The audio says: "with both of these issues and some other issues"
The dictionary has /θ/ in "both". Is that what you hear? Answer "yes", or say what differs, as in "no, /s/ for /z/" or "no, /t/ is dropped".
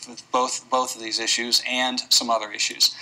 yes